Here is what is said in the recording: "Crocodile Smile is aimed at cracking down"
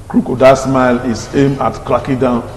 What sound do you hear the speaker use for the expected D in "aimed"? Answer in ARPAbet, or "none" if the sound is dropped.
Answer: none